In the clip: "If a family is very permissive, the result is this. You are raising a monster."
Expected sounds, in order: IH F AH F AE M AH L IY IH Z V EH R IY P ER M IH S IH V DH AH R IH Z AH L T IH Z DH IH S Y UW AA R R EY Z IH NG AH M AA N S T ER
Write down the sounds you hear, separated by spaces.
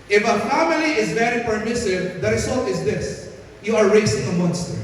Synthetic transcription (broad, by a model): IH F AH F AE M AH L IY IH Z V EH R IY P ER M IH S IH V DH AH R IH S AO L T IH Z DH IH S Y UW AA R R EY S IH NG AH M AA N S T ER